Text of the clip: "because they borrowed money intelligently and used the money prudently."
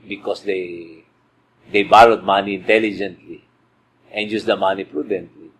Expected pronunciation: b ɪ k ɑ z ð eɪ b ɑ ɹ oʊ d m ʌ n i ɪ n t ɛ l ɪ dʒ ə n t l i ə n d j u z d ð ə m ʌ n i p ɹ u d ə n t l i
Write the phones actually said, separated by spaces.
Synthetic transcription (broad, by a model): b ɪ k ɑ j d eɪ b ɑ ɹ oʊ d m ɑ n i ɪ n t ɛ l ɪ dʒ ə n t l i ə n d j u s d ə m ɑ n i p ɹ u d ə n t l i